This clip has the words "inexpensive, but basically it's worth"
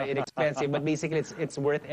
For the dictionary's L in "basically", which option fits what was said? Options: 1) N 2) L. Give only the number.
1